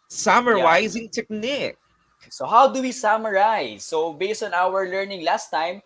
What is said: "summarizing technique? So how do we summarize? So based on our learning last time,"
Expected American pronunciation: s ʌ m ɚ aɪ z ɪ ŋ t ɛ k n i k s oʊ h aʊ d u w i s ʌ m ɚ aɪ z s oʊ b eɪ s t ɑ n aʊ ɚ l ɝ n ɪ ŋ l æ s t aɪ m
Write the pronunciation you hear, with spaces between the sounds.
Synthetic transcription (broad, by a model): s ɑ m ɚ aɪ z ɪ ŋ t ɛ k n i k s oʊ h aʊ d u w i s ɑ m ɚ aɪ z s oʊ b eɪ s t ɑ n aʊ ɚ l ɝ n ɪ ŋ l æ s t aɪ m